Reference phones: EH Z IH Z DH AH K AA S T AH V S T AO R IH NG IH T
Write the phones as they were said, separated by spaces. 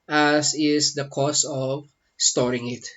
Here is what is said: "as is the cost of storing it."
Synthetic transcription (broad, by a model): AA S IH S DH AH K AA S AH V S T AO R IH NG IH T